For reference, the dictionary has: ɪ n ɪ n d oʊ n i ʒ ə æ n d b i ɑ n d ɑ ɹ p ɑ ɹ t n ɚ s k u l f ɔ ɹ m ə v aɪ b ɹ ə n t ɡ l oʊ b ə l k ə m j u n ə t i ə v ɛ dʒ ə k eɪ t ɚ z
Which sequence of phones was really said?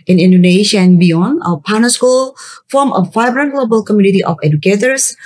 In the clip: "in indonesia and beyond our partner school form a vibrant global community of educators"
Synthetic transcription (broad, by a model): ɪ n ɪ n d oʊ n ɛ ʃ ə n b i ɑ n ɑ p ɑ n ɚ s k u l f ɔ m ə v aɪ b ɹ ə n ɡ l oʊ b ə l k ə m j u n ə t i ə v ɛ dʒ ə k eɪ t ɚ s